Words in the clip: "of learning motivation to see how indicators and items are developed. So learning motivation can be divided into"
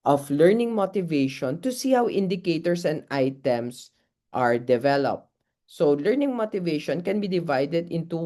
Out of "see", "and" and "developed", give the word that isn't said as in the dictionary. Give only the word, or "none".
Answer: none